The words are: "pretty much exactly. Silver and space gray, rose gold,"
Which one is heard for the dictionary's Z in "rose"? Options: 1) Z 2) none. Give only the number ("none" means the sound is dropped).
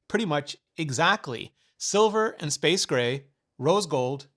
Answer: 1